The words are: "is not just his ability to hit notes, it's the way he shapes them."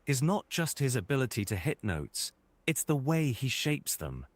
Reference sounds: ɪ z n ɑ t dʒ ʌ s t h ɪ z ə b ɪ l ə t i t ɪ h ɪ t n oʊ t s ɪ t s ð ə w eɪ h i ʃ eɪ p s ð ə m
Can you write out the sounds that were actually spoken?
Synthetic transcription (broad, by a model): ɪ z n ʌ t dʒ ʌ s t h ɪ z ə b ɪ l ə t i t ɪ h ɪ t n oʊ t s ɪ t s ð ə w eɪ i ʃ eɪ p s ð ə m